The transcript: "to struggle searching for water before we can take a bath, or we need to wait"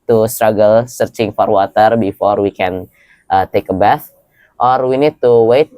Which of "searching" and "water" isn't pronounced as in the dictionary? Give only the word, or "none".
none